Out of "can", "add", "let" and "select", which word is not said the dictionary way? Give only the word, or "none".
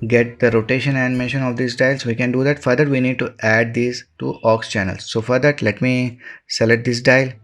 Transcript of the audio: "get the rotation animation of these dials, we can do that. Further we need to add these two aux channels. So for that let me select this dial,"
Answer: select